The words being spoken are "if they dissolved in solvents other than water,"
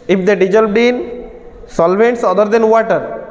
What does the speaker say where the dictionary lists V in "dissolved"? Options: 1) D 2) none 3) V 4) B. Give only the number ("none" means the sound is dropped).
4